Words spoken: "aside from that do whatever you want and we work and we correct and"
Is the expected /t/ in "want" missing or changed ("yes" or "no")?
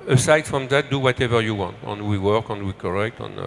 no